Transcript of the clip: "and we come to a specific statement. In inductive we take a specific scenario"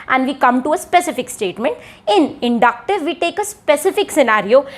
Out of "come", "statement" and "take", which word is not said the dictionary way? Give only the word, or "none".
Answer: none